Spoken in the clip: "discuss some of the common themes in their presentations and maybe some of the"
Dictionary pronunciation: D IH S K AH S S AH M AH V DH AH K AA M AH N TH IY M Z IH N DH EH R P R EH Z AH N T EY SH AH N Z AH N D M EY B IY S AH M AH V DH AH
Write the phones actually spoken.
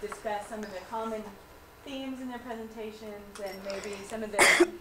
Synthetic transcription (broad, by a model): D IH S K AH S S AH M AH V DH AH K AA M AH N TH IY M Z IH N DH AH R P R EH Z AH N T EY SH AH N Z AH N M EY B IY S AH M AH V DH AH